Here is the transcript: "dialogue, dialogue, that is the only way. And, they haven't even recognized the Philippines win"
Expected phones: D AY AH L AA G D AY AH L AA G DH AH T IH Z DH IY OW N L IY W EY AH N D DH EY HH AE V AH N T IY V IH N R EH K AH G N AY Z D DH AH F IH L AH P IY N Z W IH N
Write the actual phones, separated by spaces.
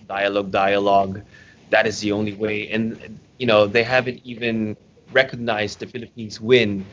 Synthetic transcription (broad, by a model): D AY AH L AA G D AY AH L AA G DH AH T IH Z DH IY OW N L IY W EY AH N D DH EY HH AE V AH N T IY V IH N R EH K AH G N AY Z D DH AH F IH L AH P IY N Z W IH N